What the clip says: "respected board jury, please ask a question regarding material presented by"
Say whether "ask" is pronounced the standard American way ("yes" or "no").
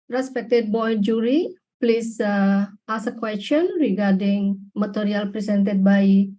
no